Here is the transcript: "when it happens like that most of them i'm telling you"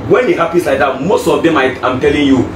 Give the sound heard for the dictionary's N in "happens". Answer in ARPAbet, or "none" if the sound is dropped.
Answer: none